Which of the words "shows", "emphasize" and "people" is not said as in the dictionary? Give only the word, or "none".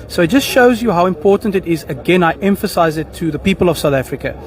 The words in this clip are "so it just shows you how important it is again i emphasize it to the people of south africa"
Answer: none